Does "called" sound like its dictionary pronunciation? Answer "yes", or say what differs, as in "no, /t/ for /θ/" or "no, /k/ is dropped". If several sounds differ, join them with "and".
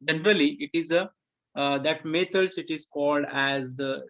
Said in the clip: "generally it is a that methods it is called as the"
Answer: yes